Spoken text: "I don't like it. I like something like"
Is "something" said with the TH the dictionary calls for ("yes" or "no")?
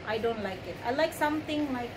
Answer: no